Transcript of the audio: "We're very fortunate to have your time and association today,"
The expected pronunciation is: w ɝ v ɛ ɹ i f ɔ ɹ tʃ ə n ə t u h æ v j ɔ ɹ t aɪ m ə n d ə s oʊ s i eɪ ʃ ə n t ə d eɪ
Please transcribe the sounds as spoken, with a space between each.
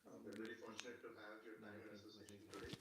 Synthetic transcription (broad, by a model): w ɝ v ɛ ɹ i f ɔ ɹ tʃ ə n ə t u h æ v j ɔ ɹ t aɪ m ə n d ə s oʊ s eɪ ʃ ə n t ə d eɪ